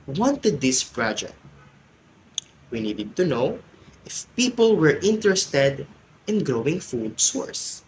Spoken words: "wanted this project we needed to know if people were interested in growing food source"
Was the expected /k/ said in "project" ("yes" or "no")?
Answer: no